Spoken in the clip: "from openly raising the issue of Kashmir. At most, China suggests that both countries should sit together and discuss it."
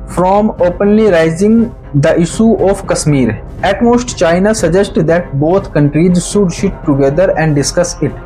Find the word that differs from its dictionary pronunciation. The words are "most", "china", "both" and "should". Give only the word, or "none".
both